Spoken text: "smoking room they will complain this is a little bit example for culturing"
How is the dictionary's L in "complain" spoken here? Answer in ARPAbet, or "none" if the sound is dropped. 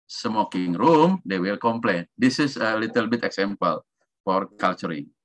L